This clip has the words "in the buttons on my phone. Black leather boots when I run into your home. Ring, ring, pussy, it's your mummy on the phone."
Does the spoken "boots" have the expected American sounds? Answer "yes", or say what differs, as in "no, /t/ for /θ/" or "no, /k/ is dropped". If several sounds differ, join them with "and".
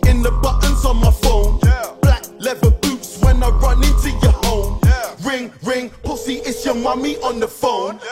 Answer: yes